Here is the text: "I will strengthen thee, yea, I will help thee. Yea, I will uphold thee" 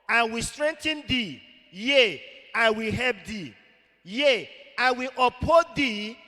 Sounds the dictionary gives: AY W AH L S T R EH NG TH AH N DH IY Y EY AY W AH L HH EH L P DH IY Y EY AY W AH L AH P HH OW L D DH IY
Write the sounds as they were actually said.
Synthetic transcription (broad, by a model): AY W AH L S T R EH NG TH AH N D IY Y EY AY W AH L HH EH L P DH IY Y EY AY W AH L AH P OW D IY